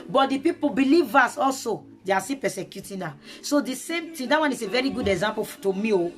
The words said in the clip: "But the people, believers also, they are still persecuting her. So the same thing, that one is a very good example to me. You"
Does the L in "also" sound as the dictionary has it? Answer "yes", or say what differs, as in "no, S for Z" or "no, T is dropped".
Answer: yes